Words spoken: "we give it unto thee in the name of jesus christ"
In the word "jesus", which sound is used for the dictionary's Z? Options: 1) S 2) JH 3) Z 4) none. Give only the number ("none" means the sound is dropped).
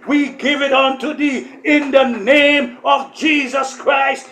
3